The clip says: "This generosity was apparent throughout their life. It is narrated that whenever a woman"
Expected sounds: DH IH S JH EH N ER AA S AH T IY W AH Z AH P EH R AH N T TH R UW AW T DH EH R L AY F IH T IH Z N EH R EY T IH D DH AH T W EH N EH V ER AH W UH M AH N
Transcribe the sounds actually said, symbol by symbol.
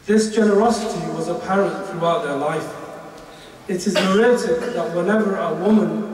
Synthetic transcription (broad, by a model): DH IH S JH EH N ER AA S AH T IY W AH Z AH P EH R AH N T TH R UW AW T DH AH R L AY F IH T IH Z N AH R EY T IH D DH AH T W EH N EH V ER AH W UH M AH N